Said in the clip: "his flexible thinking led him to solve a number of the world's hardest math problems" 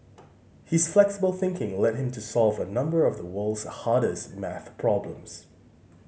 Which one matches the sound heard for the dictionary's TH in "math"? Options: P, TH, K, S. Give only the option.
TH